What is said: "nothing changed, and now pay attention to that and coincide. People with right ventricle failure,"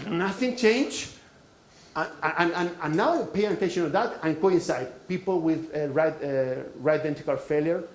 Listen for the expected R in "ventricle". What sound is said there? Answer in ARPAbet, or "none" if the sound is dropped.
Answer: none